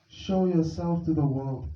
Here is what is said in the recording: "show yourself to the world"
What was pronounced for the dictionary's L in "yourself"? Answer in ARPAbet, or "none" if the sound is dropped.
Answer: L